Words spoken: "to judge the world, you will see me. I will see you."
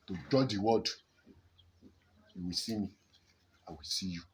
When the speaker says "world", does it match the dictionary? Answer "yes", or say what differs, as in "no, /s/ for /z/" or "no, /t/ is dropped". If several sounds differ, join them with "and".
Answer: no, /l/ is dropped